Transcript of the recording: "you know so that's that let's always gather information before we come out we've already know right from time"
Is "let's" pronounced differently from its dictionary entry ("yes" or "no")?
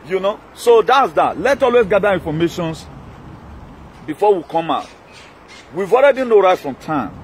yes